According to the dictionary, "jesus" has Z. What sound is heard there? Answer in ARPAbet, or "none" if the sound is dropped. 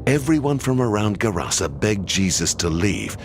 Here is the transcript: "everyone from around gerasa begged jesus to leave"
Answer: Z